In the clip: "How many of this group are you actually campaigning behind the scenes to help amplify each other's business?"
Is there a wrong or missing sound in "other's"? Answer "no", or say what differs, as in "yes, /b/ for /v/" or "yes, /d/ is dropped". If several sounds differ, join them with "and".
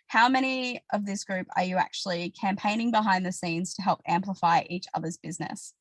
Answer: no